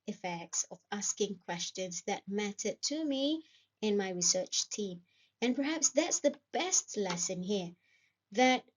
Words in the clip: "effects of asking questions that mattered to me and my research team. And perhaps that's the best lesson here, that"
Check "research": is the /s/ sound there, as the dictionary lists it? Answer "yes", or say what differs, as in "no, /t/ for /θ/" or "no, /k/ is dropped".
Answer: yes